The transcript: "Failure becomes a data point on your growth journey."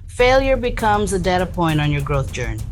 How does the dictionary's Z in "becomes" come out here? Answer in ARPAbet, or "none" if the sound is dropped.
Z